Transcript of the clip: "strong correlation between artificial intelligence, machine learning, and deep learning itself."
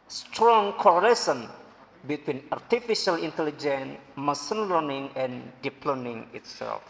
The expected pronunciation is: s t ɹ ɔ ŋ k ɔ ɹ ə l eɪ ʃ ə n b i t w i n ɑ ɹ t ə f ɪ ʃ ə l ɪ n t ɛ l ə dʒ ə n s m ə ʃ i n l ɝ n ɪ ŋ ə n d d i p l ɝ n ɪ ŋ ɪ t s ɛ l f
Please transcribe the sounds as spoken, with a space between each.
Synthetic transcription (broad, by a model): s t ɹ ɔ ŋ k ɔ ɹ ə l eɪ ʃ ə n b i t w i n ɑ ɹ t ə f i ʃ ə l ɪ n t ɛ l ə dʒ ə n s m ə s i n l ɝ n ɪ ŋ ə n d d i p l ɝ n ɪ ŋ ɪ t s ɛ l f